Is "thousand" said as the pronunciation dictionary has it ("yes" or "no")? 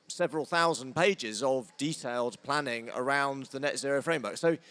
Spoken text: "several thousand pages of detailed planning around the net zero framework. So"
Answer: yes